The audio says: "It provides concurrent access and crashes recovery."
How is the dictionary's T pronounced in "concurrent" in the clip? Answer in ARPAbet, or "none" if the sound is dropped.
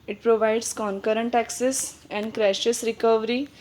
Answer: T